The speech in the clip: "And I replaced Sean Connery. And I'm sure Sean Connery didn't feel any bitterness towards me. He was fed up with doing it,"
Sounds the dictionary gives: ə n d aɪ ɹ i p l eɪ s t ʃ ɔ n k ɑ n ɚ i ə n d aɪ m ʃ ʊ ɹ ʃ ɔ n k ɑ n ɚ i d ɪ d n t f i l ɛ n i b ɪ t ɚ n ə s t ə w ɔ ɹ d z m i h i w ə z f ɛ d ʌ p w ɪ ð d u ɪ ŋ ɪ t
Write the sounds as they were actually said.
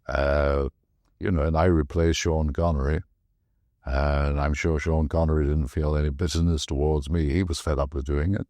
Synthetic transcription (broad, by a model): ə n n aɪ ɹ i p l eɪ s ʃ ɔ n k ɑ n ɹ i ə n aɪ m ʃ ʊ ɹ ʃ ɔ n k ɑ n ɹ i d ɪ d n t f i l ɛ n i b ɪ t ɚ n ə s t ə w ɔ ɹ d z m i h i w ə z f ɛ d ʌ p w ɪ ð d u ɪ ŋ ɪ t